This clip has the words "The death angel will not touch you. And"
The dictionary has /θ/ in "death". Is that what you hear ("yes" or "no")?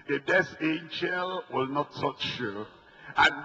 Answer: no